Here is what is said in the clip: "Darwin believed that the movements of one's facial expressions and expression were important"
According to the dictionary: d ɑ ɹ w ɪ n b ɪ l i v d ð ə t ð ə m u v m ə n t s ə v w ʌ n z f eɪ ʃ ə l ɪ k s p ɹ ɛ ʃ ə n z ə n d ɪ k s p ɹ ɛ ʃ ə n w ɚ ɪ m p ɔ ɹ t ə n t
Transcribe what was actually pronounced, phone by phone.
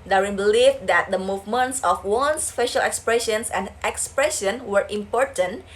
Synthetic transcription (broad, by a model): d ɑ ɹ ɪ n b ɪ l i f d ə t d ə m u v m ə n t s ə f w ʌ n s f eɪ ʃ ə l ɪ k s p ɹ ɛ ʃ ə n s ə n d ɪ k s p ɹ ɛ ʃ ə n w ɚ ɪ m p ɔ ɹ t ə n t